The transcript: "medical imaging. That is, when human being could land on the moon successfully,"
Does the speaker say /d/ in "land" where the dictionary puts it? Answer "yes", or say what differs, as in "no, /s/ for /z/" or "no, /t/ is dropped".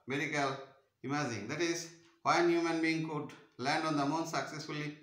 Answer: yes